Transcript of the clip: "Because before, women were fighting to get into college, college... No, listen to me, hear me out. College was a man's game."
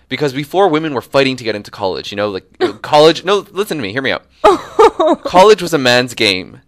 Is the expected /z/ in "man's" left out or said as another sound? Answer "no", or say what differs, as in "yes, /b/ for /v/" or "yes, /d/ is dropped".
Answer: no